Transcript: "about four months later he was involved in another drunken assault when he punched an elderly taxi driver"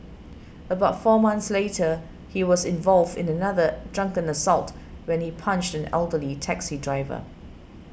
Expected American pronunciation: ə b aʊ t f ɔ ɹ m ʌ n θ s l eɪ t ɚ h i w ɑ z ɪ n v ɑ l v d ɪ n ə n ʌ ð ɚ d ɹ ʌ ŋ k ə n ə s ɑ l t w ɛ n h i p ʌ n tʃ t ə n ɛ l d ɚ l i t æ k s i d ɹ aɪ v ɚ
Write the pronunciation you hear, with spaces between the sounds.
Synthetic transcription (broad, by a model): ə b aʊ t f ɔ m ʌ n θ s l eɪ t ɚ h i w ɑ z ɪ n v ɑ l v d ɪ n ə n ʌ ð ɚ d ɹ ʌ ŋ k ə n ə s ɑ l t w ɛ n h i p ʌ n tʃ t ə n ɛ l d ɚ l i t æ k s i d ɹ aɪ v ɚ